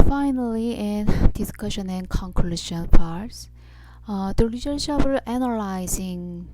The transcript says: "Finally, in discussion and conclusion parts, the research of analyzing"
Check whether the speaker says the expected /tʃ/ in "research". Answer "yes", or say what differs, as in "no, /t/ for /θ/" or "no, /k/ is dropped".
no, /ʃ/ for /tʃ/